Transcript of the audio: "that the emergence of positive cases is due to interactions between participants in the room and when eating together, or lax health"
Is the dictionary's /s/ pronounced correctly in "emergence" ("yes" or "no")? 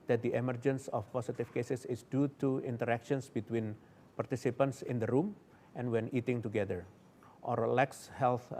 yes